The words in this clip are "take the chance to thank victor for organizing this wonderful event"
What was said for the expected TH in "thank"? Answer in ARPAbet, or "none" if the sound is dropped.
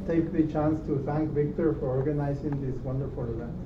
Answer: T